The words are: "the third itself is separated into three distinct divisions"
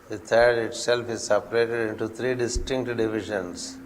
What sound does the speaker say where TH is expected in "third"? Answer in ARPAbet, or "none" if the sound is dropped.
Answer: T